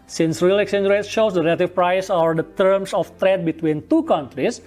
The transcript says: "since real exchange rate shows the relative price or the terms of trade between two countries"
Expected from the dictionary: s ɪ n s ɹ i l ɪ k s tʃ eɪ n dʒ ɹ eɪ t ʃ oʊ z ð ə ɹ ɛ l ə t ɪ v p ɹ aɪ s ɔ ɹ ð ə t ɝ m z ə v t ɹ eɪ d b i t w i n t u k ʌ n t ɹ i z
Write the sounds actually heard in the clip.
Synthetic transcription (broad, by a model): s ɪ n s ɹ i l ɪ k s eɪ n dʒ ɹ eɪ t ʃ oʊ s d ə ɹ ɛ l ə t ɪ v p ɹ aɪ s ɔ ɹ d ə t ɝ m s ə f t ɹ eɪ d b i t w i n t u k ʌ n t ɹ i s